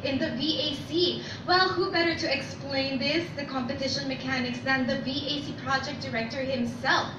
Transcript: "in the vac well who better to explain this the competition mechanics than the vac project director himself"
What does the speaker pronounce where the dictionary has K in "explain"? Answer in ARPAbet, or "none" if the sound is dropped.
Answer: K